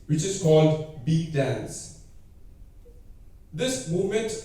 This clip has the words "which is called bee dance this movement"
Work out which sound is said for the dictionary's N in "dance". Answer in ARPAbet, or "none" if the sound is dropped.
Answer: N